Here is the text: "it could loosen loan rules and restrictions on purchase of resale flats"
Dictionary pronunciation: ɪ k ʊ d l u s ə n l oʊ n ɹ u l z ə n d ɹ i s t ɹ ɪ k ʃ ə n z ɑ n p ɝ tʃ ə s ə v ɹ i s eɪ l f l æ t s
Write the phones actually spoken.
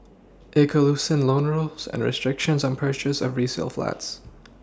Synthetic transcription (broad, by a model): ɪ k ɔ l u s ə n l oʊ n ɹ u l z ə n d ɹ i s t ɹ ɪ k ʃ ə n z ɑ n p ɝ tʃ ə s ə v ɹ i s eɪ l f l æ t s